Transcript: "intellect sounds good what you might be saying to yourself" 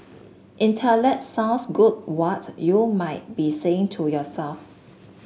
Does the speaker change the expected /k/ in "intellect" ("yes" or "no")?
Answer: yes